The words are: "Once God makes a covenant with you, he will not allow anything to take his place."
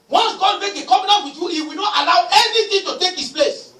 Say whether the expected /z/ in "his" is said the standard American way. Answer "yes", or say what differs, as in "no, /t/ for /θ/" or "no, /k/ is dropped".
no, /s/ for /z/